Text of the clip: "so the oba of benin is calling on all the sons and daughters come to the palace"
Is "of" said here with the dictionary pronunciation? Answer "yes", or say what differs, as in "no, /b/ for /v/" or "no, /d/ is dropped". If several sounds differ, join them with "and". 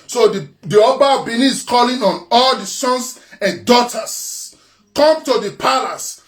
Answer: no, /p/ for /v/